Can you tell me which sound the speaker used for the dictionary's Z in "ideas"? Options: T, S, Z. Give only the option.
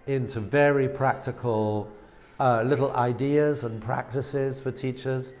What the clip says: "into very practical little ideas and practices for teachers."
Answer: Z